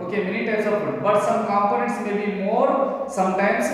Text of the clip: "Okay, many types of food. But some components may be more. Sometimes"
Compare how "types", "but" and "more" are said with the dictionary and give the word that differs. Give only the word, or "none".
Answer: types